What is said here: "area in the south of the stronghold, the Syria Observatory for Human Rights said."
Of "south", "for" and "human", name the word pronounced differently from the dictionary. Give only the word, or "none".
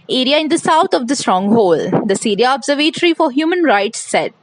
south